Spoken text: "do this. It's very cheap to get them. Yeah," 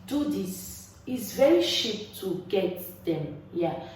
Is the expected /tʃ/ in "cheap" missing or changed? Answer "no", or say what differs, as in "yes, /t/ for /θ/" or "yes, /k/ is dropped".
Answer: yes, /ʃ/ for /tʃ/